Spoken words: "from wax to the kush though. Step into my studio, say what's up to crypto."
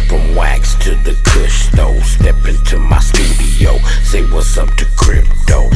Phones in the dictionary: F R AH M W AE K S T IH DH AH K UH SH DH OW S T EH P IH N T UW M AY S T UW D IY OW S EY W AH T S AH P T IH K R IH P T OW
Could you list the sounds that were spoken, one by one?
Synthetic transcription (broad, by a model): F R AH M W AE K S T IH DH AH K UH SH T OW S T EH P IH N T UW M AY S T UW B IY OW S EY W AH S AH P T IH K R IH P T OW